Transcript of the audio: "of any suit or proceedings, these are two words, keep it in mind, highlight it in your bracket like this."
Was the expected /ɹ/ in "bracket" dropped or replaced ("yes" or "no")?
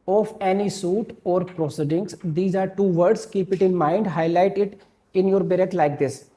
yes